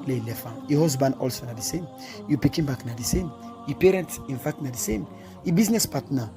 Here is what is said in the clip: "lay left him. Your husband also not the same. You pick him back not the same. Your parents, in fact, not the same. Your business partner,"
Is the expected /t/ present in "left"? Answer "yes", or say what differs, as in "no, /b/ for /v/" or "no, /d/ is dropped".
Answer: no, /t/ is dropped